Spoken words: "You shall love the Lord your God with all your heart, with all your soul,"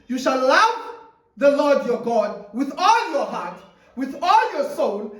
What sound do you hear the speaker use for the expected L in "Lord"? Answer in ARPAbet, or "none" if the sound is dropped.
L